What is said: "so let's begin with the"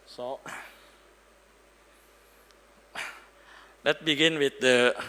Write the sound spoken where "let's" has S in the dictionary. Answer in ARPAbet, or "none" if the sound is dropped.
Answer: none